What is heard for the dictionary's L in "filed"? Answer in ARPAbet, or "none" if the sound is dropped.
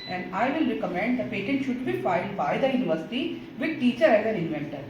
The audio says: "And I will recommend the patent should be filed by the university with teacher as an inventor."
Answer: L